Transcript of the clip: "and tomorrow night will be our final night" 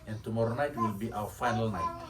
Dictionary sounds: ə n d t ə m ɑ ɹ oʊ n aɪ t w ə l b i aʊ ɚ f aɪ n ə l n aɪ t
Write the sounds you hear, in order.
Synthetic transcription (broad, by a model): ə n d t ə m ɑ ɹ oʊ n aɪ t w ə l b i aʊ ɚ f aɪ n ə l n aɪ t